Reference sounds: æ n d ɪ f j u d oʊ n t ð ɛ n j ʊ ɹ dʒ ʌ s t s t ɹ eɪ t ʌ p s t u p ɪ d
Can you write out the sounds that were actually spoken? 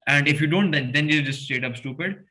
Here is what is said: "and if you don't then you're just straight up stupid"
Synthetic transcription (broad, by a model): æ n d ɪ f j u d oʊ n t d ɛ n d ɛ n dʒ ʌ s t s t eɪ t ʌ p s t u p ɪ d